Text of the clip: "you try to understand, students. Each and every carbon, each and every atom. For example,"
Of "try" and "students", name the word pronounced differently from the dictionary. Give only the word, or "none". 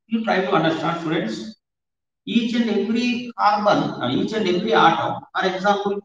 try